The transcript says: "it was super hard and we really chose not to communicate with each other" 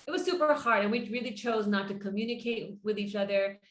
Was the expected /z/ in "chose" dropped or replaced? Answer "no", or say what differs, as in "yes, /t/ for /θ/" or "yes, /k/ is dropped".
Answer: no